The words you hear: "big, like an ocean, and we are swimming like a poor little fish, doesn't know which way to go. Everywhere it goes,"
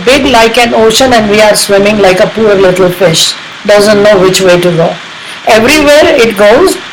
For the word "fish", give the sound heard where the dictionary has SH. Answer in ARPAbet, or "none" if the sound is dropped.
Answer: SH